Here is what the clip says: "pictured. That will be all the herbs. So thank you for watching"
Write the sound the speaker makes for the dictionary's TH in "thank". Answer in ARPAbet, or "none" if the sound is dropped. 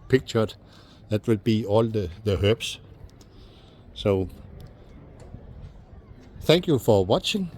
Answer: TH